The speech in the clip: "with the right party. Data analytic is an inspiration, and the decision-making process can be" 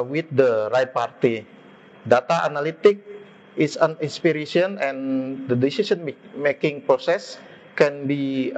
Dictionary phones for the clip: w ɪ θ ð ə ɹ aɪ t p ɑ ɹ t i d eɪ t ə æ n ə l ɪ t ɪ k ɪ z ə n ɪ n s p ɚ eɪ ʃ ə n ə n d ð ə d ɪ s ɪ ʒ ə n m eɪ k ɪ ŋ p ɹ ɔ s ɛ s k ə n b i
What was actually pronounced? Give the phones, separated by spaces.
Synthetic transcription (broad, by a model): w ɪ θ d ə ɹ aɪ p ɑ ɹ t i d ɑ t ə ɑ n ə l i t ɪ k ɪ s ə n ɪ n s p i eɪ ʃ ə n ə n d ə d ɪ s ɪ s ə n m eɪ k ɪ ŋ p ɹ ɔ s ɛ s k ə n b i